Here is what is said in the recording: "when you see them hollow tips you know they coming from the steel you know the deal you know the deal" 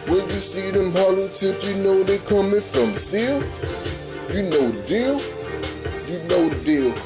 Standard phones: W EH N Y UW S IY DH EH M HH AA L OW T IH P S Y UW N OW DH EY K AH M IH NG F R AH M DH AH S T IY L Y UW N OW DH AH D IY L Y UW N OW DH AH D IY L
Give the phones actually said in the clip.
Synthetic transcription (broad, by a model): W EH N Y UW S IY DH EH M HH AA L OW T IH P Y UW N OW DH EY K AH M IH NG F R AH M S T IY L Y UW N OW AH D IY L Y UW N OW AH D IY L